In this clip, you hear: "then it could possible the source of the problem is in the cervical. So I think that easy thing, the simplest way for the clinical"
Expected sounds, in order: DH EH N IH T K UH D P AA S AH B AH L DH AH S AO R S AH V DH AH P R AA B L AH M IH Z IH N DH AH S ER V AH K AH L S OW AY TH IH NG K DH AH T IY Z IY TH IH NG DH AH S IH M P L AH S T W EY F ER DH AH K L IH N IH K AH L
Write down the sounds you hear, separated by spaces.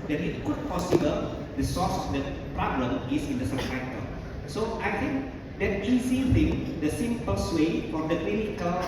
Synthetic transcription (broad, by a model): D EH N IH T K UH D P AA S AH B AH L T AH S AO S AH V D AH P R AA B L AH M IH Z IH N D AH S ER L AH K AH S OW AY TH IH NG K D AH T IY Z IY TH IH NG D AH S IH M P AH S W EY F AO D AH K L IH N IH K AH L